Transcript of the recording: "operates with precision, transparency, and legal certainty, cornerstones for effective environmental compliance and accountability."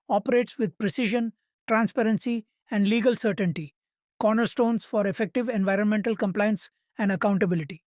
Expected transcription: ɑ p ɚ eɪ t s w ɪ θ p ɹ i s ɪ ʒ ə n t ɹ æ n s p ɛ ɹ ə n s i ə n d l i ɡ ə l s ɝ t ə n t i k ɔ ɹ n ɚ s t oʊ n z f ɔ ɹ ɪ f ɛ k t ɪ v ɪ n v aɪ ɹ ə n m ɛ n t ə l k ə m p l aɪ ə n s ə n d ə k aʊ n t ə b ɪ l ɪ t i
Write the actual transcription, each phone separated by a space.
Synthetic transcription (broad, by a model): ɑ p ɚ eɪ t s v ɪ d p ɹ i s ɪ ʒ ə n t ɹ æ n s p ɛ ɹ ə n s i ə n d l i ɡ ə l s ɝ t ə n t i k ɔ ɹ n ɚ s t oʊ n s f ɔ ɹ ɪ f ɛ k t ɪ v ɪ n v aɪ ɹ ə n m ɛ n t ə l k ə m p l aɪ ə n s ə n d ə k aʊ n t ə b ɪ l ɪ t i